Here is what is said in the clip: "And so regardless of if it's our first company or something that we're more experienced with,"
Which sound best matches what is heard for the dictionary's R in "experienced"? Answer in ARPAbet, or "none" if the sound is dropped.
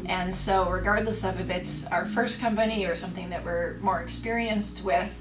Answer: R